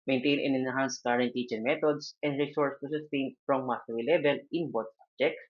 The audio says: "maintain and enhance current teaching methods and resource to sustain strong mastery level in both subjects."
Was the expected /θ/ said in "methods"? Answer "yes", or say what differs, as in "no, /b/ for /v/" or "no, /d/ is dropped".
no, /t/ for /θ/